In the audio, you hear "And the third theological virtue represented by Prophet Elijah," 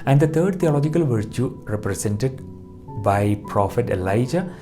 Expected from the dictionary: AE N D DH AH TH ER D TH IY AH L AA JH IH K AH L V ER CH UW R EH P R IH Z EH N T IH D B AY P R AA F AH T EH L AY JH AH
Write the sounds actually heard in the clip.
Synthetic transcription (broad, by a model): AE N D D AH T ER D T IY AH L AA JH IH K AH L V ER CH UW R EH P R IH S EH N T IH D B AY P R AA F AH T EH L AY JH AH